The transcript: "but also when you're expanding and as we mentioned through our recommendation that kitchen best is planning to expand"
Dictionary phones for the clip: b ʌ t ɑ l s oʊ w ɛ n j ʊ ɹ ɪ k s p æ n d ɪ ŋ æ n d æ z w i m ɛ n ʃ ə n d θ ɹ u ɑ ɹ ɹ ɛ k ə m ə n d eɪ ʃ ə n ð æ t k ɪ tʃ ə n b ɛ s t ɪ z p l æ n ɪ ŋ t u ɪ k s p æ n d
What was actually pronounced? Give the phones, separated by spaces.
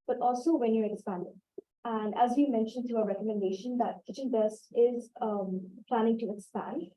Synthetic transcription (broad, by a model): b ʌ t ɑ l s oʊ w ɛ n j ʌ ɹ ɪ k s p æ n d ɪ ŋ æ n d æ z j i m ɛ n ʃ ə n d t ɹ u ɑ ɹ ɹ ɛ k ə m ə n d eɪ ʃ ə n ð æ t k ɪ tʃ ə n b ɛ s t ɪ z p l æ n ɪ ŋ t u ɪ k s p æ n d